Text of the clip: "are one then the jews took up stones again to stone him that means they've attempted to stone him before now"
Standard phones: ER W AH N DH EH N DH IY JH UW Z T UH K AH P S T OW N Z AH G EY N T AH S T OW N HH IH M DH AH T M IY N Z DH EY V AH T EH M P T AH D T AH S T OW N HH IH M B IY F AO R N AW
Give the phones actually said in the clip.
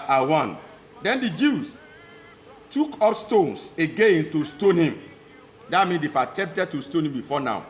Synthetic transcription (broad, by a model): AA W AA N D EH N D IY JH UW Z T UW K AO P S T OW N S AH G EY N T AH S T OW N HH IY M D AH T M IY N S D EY F AH T EH M P T AH D T AH S T OW N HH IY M B IY F AO N AW